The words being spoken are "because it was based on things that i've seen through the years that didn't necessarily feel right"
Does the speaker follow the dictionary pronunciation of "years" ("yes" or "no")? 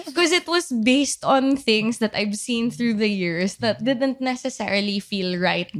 no